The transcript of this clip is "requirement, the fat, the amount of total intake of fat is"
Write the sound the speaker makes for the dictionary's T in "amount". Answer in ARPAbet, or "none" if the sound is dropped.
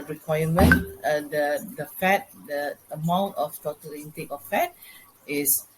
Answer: T